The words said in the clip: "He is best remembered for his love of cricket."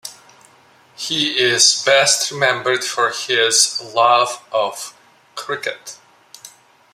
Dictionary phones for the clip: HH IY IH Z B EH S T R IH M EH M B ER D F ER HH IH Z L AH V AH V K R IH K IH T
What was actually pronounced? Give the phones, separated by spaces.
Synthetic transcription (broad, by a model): HH IY IH Z B EH S T R IH M EH M B ER D F ER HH IH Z L AH V AH V K R IH K IH T